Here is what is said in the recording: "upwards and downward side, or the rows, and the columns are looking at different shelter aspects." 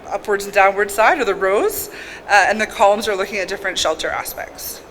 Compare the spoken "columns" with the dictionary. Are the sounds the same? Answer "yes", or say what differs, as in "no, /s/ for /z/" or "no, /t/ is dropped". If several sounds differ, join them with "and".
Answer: yes